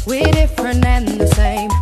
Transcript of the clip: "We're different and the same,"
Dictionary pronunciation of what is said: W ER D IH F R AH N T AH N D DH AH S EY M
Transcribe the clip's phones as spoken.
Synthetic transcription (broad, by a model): W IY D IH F R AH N AH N DH AH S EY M